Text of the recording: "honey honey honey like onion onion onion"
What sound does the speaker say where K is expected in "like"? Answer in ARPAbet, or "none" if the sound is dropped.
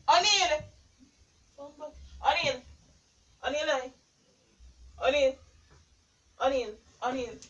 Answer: none